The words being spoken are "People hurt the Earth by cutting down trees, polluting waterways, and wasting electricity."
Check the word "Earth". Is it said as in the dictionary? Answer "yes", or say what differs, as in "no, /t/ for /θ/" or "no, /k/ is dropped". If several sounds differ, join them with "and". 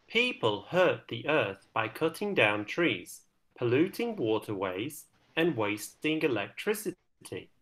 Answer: yes